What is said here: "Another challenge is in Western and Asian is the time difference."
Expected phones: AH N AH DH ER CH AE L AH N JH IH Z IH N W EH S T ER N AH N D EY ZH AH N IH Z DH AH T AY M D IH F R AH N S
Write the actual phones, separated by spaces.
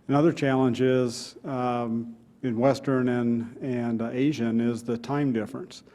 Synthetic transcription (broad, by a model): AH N AH DH ER CH AE L AH N JH IH Z IH N W EH S T ER N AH N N EY ZH AH N IH Z DH AH T AY M D IH F R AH N S